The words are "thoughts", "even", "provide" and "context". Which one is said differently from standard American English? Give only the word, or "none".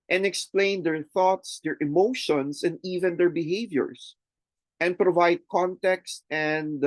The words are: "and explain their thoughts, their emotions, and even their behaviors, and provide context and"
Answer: none